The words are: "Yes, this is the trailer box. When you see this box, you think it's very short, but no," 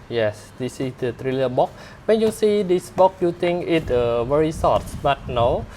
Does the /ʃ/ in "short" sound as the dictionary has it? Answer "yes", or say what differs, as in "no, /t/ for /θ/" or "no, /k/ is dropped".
no, /s/ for /ʃ/